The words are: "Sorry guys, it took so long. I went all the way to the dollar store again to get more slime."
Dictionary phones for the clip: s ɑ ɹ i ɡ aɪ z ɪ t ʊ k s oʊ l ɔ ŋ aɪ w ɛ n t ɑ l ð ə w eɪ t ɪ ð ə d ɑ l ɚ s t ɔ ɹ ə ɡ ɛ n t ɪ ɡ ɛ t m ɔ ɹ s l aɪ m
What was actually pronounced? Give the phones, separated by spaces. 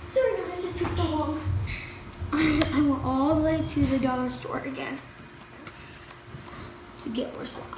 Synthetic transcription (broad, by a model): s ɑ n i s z ɪ t ʊ k s oʊ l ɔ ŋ aɪ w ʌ l t ɑ l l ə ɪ t ɪ ð ə d ɑ l ɚ s t ɔ ɹ ə ɡ ɛ n t ɪ ɡ ɛ t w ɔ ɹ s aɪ